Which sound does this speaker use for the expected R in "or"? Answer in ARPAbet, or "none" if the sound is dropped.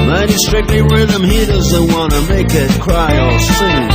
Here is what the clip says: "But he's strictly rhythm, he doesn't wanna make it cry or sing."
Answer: L